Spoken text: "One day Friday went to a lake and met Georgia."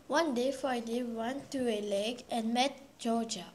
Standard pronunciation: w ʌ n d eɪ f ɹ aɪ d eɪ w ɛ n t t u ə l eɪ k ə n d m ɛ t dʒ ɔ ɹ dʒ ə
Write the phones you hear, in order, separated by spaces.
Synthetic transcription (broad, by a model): w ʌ n d eɪ f aɪ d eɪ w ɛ n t t u ə l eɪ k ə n m ɛ t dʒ ɔ dʒ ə